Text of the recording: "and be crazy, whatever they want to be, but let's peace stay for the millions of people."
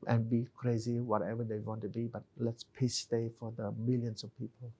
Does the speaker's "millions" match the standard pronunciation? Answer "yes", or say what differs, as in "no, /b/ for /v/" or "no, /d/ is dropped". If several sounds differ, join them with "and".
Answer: no, /s/ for /z/